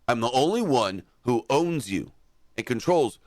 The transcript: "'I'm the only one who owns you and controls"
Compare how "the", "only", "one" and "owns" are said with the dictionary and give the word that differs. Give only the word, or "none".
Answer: none